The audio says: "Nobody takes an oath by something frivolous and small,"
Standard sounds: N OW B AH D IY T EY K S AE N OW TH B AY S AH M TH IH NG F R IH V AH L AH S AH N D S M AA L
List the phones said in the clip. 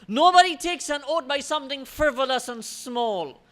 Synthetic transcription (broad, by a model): N OW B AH D IY T EY K S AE N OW T B AY S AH M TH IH NG F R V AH L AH S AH N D S M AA L